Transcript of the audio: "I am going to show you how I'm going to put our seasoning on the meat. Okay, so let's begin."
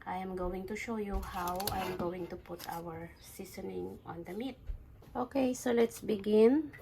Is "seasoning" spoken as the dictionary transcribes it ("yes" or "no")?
no